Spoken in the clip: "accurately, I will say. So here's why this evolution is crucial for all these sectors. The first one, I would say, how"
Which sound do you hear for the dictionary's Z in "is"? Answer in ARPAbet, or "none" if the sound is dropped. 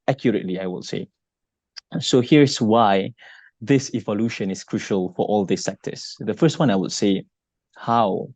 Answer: S